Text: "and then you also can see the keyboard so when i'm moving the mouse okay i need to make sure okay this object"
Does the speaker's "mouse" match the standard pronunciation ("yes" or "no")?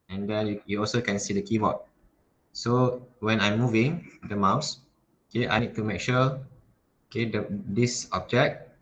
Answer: yes